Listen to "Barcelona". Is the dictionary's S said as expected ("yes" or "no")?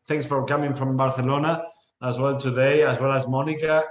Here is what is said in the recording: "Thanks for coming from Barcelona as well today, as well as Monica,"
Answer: no